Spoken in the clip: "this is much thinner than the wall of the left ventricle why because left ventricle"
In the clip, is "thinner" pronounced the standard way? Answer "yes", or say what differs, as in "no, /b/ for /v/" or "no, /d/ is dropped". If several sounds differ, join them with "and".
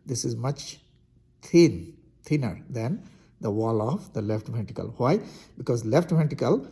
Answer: no, /t/ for /θ/